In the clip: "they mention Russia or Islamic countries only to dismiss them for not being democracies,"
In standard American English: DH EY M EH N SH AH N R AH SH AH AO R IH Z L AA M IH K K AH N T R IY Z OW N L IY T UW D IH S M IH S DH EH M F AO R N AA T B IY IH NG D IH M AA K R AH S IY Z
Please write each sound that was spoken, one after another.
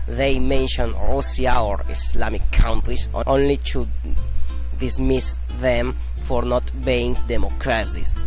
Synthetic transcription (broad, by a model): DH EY M EH N SH AH N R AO S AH AO R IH S L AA M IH K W N T R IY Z OW N L IY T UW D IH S M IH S DH EH M F AO R N AA T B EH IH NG D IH M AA K R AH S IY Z